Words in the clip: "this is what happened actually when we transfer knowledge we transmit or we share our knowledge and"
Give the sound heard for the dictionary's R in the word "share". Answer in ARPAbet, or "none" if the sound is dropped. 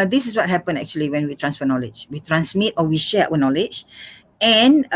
W